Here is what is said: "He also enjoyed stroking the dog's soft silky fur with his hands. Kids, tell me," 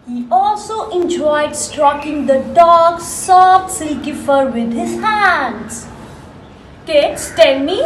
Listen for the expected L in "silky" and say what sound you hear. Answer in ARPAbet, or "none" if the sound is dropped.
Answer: none